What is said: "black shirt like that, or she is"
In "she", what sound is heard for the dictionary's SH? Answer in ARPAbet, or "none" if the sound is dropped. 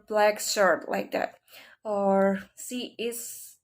S